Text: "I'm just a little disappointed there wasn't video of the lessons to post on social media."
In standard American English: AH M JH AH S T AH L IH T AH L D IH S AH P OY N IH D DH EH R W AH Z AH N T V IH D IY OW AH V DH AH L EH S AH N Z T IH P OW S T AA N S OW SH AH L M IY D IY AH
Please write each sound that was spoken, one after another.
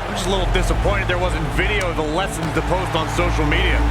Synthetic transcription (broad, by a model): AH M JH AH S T L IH T L D IH S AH P OY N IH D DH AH R W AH Z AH N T V IH D IY OW AH V DH AH L EH S AH N Z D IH P OW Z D N S OW SH L M IY D IY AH